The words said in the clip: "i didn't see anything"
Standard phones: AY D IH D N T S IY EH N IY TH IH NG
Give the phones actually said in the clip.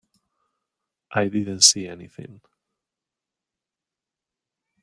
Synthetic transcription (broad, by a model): AY D IH D N T S IY EH N IY TH IH NG